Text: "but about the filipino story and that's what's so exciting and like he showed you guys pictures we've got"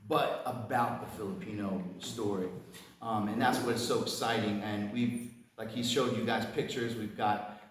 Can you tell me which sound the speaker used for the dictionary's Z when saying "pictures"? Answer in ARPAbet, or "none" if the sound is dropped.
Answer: Z